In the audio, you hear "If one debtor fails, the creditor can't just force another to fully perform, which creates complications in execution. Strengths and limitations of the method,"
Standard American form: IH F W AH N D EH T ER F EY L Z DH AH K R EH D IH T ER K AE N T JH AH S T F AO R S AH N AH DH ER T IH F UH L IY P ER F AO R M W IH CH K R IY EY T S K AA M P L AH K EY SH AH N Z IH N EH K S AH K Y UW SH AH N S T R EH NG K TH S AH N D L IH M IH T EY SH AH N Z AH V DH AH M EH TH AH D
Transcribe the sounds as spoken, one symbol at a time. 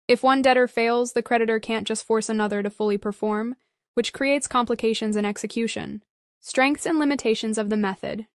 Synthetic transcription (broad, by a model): IH F W AH N D EH T ER F EY L Z DH AH K R EH D IH T ER K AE N JH AH S T F AO R S AH N AH DH ER T IH F UH L IY P ER F AO R M W IH CH K R IY EY T S K AA M P L AH K EY SH AH N Z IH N EH K S AH K Y UW SH AH N S T R EH NG K TH S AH N L IH M IH T EY SH AH N Z AH V DH AH M EH TH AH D